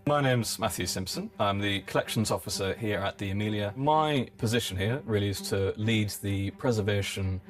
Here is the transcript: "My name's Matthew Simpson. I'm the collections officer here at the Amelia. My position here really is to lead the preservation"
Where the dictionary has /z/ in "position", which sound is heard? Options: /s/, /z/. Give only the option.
/z/